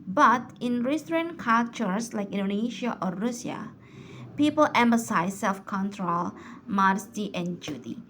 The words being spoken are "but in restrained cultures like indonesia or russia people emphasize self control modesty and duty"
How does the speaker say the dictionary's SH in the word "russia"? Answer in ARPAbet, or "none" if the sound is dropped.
none